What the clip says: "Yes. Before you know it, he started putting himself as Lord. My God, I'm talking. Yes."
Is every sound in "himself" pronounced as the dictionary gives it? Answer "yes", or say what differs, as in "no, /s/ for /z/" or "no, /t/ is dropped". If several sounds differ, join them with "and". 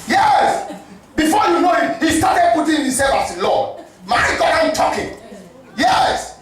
no, /m/ is dropped and /f/ is dropped